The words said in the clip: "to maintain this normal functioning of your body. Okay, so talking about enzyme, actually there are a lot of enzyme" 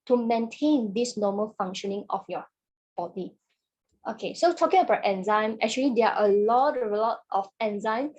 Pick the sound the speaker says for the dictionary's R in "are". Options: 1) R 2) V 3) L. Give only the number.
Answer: 3